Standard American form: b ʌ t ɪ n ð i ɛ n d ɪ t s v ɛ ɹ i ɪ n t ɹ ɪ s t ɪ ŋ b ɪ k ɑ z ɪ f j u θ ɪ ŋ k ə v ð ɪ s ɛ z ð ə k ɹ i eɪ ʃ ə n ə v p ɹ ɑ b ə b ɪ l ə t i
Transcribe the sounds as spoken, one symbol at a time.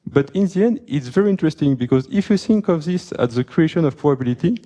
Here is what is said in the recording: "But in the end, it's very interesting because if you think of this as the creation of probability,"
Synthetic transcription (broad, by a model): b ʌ t ɪ n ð i ɛ n d ɪ t s v ɛ ɹ i ɪ n t ɹ ɪ s t ɪ ŋ b ɪ k ɑ z ɪ f j u θ ɪ ŋ k ə v ð ɪ s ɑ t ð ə k ɹ i eɪ ʃ ə n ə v p ɹ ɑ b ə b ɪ l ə t i